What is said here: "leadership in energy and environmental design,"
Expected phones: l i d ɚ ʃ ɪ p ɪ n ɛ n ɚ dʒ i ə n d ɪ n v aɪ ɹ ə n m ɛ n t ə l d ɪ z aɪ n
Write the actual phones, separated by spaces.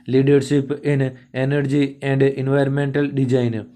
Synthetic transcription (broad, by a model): l i d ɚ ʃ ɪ p ɪ n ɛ n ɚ dʒ i ə n d ɪ n v aɪ ɹ ə n m ɛ n t ə l d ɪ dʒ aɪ n